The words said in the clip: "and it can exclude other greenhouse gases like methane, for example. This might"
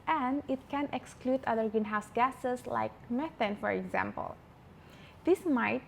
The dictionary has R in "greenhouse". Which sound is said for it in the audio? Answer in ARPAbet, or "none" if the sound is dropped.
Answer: none